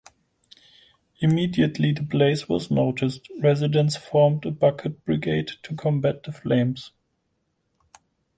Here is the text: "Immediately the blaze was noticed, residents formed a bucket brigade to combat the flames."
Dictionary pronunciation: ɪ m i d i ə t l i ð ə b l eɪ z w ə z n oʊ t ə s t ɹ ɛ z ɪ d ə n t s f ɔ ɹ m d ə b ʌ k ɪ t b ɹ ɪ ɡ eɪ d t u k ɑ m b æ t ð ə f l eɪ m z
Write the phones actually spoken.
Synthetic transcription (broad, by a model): ɪ m i d i ə t l i ð ə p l eɪ s w ə z n oʊ t ə s t ɹ ɛ z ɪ d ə n s f ɔ ɹ m d ə b ʌ k ɪ t b ɹ ɪ ɡ eɪ d t u k ɑ m b æ t ð ə f l eɪ m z